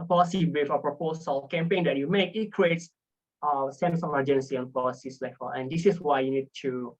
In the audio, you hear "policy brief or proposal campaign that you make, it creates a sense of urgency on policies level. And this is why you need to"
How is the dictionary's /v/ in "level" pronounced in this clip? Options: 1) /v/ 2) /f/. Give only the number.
2